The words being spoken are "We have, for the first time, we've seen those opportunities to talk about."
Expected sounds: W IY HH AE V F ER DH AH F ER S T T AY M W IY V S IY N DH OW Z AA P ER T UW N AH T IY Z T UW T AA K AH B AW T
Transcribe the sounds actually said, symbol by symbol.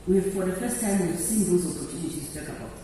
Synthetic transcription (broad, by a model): W IY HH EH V F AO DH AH F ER S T T AY M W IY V S IY N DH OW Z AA P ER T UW N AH T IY T UW T AA K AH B AW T